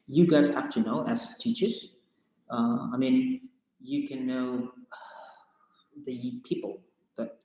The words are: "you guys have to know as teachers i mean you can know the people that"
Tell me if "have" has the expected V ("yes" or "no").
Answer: no